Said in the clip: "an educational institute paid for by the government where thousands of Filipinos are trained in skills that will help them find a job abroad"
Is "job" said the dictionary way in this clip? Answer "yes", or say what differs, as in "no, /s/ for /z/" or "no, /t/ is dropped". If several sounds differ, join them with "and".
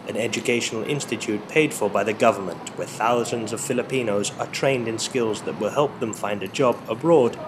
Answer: yes